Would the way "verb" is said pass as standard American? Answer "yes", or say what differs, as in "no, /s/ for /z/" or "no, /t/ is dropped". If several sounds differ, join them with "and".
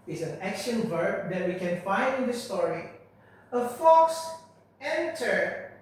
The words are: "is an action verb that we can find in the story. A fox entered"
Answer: yes